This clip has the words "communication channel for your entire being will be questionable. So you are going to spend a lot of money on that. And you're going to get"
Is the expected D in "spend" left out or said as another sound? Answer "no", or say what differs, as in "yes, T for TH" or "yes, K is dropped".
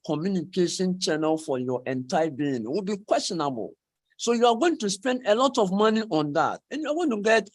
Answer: no